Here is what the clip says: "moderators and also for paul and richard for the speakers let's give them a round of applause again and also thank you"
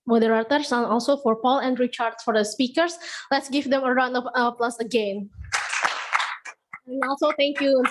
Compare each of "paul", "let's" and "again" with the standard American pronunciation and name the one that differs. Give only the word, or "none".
none